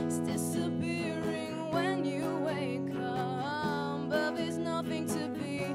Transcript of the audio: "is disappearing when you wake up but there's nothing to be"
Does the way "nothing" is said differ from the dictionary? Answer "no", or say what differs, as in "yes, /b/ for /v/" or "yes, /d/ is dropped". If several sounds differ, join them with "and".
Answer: no